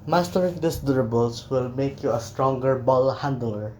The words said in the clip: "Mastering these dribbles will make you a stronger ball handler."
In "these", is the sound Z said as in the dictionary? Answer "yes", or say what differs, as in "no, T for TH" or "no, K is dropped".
no, S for Z